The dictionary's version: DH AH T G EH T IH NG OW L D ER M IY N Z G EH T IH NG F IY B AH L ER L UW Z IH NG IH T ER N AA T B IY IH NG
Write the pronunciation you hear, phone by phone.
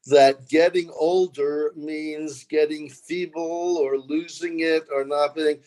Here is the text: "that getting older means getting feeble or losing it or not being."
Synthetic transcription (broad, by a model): DH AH T G EH T IH NG OW L D ER M IY N Z G EH T IH NG F IY B L ER L UW Z IH NG IH T ER N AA T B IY IH NG